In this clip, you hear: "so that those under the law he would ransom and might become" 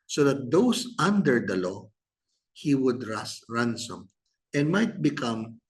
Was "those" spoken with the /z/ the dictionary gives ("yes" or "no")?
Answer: no